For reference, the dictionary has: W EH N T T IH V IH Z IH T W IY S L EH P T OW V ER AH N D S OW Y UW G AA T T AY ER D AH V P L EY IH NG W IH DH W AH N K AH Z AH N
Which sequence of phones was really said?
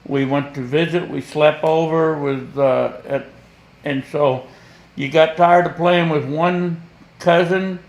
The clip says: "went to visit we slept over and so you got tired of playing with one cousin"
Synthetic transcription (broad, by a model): W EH N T T IH V IH Z IH T W IY S L EH P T OW V ER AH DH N S OW Y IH G AA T T AY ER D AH P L EY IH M W IH DH W AH N K AH Z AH N